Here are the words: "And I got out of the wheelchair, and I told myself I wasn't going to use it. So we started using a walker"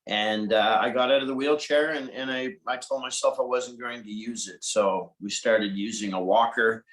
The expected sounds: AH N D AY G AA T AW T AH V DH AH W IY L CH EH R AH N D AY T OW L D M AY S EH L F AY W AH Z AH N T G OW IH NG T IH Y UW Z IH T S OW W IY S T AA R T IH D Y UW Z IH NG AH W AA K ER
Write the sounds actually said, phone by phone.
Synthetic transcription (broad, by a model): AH N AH AY G AA T AW T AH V DH AH W IY L CH EH R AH N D AY T OW L D M AY S EH L F AY W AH Z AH N G OW IH NG T IH Y UW Z IH T S OW W IY S T AA R T IH D Y UW Z IH NG AH W AA K ER